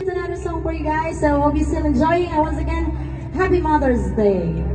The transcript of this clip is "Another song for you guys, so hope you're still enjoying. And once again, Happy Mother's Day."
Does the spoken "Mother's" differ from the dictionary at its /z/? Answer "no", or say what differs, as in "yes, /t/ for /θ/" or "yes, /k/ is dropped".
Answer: no